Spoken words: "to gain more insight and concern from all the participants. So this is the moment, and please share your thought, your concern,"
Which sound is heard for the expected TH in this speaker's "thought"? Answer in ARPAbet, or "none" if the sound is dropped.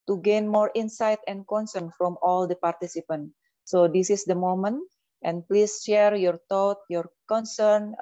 T